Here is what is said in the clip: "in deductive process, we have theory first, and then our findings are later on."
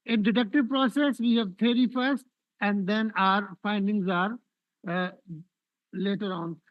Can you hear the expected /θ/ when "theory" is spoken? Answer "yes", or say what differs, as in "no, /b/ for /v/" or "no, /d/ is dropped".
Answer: no, /t/ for /θ/